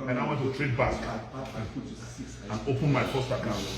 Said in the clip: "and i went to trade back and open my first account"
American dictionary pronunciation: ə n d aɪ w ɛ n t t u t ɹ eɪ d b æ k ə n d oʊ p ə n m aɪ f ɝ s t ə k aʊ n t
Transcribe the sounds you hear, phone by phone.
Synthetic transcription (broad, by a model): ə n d aɪ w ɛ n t t u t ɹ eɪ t b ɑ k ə n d oʊ p ə n m aɪ p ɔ s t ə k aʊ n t